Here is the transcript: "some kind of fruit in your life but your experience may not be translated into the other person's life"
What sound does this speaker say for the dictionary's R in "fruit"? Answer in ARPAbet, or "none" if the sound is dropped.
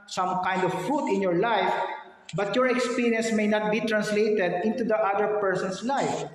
none